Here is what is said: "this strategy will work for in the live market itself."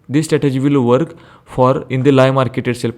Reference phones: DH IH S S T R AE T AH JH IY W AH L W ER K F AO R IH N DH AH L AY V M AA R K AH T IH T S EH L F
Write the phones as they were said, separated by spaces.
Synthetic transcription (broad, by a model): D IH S S T R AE T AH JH IY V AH L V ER K F AO R IH N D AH L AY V M AA R K AH T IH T S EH L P